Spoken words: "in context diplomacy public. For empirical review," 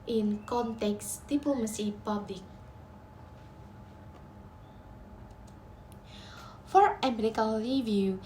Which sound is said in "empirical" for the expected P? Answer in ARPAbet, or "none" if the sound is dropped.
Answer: none